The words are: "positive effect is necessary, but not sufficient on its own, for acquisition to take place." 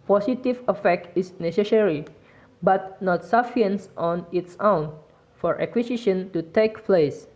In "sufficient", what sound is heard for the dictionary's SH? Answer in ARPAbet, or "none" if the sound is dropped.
none